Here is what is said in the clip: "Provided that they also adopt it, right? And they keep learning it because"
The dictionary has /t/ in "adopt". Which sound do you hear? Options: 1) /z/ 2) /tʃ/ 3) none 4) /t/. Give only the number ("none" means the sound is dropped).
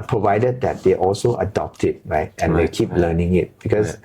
4